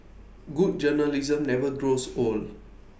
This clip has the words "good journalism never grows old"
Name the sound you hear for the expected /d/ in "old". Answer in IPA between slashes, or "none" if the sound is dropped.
none